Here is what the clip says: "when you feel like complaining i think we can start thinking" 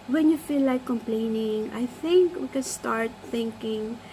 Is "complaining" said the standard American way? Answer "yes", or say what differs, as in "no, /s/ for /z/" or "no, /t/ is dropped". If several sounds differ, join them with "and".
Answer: yes